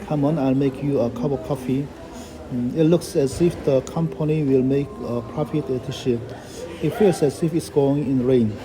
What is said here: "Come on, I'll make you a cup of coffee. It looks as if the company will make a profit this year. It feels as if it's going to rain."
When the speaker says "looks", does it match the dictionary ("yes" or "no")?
yes